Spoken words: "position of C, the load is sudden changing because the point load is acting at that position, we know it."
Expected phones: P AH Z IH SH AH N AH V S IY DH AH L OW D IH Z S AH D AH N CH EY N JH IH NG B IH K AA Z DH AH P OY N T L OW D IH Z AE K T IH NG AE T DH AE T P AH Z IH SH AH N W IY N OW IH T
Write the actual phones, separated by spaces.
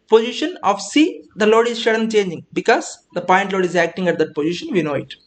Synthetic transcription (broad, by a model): P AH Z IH SH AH N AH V S IY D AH L OW D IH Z SH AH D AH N CH EY N JH IH NG B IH K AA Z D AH P OY N T L OW D IH Z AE K T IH NG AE T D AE T P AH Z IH SH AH N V IY N OW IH T